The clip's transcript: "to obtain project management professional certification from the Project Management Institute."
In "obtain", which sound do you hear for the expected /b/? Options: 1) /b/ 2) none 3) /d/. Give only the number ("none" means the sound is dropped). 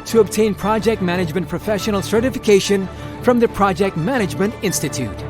1